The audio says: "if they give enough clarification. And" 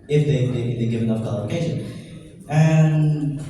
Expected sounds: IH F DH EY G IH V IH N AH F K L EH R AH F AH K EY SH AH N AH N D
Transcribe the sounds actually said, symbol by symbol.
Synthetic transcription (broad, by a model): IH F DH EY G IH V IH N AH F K EH L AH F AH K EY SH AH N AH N